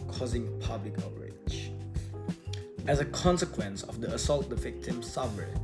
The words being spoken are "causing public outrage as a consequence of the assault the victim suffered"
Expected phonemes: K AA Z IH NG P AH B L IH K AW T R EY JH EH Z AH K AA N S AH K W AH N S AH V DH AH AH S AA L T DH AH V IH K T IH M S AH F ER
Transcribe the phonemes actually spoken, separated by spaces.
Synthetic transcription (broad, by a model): K AA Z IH NG P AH B L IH K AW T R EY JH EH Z AH K AA N S AH K W AH N S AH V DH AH AH S AA L T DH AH V IH K T IH M S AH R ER